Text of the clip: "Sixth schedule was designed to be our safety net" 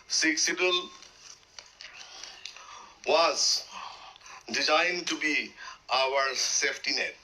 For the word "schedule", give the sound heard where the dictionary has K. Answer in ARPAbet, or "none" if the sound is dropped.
none